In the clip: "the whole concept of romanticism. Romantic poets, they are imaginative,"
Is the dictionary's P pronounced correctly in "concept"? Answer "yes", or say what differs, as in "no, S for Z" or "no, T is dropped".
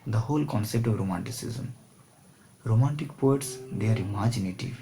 yes